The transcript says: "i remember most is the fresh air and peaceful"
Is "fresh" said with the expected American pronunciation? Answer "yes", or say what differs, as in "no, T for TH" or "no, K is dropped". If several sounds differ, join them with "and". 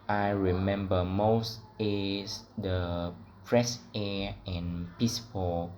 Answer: no, P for F and S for SH